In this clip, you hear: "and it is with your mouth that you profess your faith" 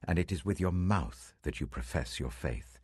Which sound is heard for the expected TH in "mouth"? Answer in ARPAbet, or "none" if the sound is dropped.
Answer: TH